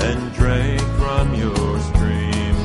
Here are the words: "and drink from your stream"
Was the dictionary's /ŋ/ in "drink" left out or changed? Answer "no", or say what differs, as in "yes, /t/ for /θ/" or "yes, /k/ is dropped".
yes, /ŋ/ is dropped